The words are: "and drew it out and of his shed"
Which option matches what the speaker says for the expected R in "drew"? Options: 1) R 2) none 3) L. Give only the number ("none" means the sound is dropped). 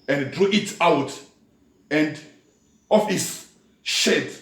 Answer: 1